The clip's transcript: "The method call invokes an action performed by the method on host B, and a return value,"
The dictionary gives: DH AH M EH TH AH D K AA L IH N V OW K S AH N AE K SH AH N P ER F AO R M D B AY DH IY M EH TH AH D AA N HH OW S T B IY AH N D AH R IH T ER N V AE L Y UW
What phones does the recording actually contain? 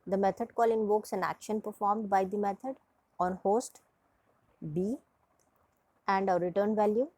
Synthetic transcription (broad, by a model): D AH M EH T AH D K AA L IH N V OW K S AH N AE K SH AH N P ER F AO R M D B AY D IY M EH T AH D AA N HH OW S T B IY AH N D AH R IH T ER N V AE L Y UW